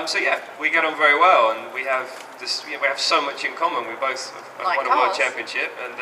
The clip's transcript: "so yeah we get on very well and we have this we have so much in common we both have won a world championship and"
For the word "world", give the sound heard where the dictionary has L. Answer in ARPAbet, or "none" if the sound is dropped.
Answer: none